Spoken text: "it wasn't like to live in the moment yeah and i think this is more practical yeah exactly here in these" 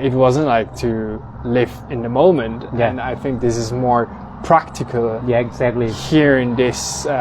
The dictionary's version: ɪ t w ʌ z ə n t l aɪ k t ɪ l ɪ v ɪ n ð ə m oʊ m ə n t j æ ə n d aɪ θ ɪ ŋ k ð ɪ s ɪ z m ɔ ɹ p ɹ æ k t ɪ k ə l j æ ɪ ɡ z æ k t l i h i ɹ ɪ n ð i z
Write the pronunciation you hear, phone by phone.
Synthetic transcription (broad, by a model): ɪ t w ʌ z ə n t l aɪ k t ɪ l ɪ v ɪ n ð ə m oʊ m ə n t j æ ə n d aɪ θ ɪ ŋ k ð ɪ s ɪ z m ɔ ɹ p ɹ æ k t ɪ k ə l j æ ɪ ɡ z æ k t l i h i ɹ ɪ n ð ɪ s